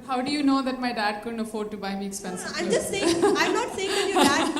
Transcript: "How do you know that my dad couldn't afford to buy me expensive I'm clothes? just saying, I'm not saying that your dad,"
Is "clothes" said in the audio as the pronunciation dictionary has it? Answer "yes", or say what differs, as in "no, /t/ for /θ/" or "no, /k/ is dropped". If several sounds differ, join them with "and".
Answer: no, /z/ is dropped